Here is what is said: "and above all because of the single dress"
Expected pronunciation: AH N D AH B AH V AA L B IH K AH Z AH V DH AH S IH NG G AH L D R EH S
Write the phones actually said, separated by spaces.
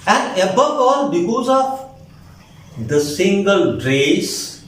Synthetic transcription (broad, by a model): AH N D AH B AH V AA L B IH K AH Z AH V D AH S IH NG G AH L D R EH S